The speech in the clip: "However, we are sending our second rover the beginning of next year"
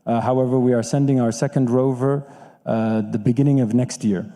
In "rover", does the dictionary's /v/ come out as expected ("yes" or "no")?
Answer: yes